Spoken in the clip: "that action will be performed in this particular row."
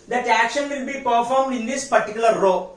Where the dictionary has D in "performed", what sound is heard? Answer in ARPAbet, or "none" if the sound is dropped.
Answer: D